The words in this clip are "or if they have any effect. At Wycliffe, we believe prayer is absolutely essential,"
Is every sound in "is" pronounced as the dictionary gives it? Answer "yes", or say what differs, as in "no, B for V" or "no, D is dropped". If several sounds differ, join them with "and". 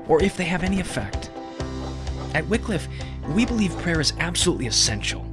yes